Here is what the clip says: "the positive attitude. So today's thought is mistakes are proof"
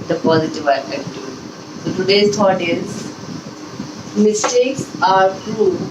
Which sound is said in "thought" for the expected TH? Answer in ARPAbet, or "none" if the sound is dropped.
T